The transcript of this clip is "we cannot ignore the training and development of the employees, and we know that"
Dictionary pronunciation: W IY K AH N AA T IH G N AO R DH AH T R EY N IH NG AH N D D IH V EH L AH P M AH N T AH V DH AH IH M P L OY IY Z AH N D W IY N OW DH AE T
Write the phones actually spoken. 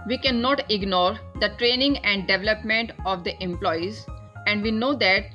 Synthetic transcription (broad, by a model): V IY K AH N AA T IH G N AO R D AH T R EY N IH NG AH N D D IH V EH L AH P M AH N T AH V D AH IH M P L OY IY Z AH N D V IY N OW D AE T